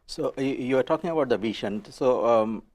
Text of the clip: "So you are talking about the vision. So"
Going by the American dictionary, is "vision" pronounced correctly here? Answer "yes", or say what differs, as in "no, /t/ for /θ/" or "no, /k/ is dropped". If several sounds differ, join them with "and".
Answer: no, /ʃ/ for /ʒ/